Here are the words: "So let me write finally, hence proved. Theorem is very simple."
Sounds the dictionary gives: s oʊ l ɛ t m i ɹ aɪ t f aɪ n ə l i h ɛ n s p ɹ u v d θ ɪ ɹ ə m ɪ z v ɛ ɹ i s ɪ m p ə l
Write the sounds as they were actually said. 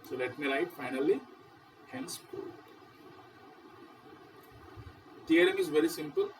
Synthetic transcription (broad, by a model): s oʊ l ɛ t m i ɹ aɪ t f aɪ n ə l i h ɛ n s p u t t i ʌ ɹ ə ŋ ɪ z v ɛ ɹ i s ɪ m p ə l